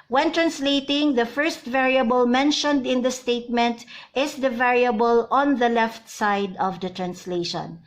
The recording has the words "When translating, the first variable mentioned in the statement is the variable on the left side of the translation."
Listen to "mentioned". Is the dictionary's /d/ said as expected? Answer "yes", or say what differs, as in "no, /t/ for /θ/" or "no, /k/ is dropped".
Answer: yes